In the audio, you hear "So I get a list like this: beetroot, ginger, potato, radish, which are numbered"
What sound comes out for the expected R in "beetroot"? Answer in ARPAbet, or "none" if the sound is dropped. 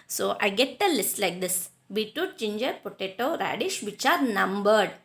none